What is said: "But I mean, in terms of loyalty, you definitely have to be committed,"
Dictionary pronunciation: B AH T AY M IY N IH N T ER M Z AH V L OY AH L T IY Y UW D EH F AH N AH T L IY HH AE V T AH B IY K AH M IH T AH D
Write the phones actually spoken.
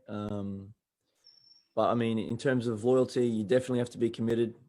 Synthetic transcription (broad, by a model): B AH T AY M IY N IH N T ER M Z AH V L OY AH L T IY Y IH D EH F AH N AH T L IY HH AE F T AH B IY K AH M IH T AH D